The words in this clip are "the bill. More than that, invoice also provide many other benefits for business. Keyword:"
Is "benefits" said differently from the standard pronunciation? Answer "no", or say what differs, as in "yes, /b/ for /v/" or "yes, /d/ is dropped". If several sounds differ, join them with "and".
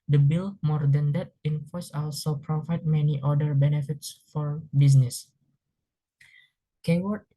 no